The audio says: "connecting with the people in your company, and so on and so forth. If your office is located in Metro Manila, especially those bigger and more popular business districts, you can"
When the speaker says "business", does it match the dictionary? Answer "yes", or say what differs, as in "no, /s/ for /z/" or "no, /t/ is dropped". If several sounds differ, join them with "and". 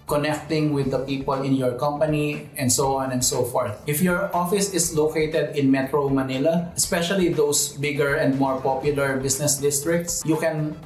no, /s/ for /z/